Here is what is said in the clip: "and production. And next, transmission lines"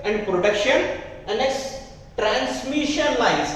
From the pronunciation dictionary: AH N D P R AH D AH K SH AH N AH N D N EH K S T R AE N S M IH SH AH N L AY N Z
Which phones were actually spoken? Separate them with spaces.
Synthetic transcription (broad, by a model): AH N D P R AH D AH K SH AH N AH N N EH S T R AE N S M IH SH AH N L AY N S